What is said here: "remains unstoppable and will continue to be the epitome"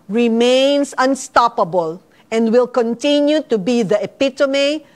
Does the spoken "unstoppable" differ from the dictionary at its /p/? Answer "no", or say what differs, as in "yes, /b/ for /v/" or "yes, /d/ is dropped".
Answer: no